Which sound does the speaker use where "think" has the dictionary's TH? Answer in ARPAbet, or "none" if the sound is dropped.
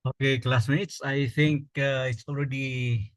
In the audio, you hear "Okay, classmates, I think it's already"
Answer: T